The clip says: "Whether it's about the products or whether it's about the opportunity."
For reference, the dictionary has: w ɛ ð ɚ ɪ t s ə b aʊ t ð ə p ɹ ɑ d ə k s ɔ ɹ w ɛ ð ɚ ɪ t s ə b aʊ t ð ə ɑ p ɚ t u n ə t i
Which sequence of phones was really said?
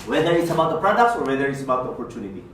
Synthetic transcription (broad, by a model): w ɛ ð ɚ ɪ t s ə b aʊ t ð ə p ɹ ɑ d ə k s ɔ ɹ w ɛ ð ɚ ɪ t s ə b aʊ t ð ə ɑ p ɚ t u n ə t i